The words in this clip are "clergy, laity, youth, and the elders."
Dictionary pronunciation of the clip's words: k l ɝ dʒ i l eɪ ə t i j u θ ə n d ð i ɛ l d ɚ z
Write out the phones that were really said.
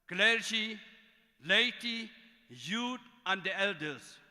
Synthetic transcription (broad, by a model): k l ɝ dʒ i l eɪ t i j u t ə n d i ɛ l d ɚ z